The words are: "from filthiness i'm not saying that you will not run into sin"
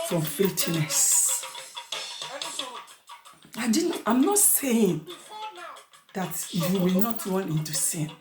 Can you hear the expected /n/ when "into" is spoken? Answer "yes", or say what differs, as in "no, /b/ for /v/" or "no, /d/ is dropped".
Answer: yes